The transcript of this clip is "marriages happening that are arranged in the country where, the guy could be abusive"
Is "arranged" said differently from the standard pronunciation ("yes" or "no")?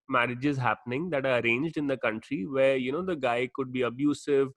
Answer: no